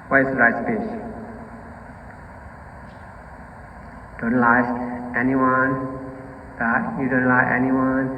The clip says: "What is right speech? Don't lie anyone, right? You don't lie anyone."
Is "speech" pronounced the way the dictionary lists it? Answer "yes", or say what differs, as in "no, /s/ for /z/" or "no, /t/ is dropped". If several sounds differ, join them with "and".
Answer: no, /s/ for /tʃ/